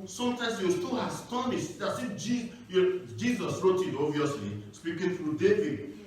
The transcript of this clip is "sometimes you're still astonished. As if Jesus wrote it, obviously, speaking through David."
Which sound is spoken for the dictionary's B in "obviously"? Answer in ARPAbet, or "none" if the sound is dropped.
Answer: none